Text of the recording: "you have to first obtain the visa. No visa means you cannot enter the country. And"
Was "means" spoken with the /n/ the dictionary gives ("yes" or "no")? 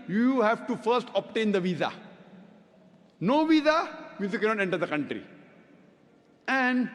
no